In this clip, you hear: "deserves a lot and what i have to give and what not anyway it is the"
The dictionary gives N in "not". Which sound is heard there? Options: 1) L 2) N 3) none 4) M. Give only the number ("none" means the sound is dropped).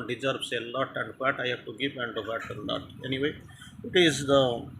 1